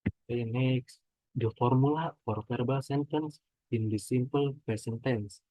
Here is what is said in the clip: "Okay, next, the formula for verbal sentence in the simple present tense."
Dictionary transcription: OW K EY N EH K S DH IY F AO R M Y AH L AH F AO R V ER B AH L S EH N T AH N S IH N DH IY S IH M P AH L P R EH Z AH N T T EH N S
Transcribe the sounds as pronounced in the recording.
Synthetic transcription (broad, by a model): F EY N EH K S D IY F AO R M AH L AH F AO R F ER B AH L S EH N T AH N S IH N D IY S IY M P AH L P EH S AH N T T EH N S